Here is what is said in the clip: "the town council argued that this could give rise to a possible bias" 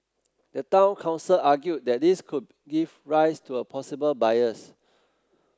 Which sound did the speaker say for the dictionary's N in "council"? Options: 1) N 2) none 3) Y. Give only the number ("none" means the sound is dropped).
1